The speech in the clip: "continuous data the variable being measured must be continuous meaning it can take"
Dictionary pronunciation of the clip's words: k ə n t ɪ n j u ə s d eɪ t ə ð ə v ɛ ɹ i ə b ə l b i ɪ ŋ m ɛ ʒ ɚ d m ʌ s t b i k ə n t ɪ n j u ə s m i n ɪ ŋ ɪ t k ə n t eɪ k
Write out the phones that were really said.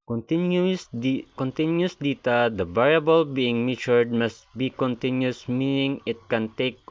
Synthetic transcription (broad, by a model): k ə n t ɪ n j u s d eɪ t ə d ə b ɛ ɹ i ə b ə l b i ɪ ŋ m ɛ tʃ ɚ d m ʌ s t b i k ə n t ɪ n j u s m i n ɪ ŋ ɪ t k ə n t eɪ k